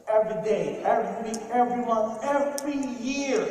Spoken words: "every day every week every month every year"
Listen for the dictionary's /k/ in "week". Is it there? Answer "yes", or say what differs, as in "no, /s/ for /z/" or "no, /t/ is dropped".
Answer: no, /k/ is dropped